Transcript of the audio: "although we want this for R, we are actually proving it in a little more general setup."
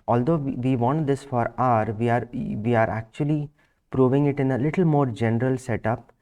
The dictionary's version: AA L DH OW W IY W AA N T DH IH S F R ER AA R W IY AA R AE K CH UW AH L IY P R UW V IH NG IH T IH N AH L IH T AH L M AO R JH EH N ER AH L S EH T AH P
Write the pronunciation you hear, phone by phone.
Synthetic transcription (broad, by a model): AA L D OW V IY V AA N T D IH S F R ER AA R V IY AA R AE K CH UW AH L IY P R UW V IH NG IH T IH N AH L IH T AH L M AO R JH EH N ER AH L S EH T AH P